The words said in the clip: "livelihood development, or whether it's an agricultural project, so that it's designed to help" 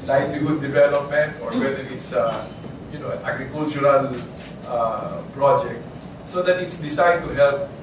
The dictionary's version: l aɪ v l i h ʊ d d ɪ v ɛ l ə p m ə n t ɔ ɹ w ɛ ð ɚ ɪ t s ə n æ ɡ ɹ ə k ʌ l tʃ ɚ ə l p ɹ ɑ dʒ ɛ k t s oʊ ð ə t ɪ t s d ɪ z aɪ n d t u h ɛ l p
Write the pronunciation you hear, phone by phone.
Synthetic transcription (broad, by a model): l aɪ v l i h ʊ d d ɪ v ɛ l ə p m ə n t ɔ ɹ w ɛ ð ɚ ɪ t s ə n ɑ ɡ ɹ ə k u l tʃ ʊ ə l p ɹ ɑ dʒ ɛ k t s oʊ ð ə t ɪ t s d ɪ s aɪ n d t u h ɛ l p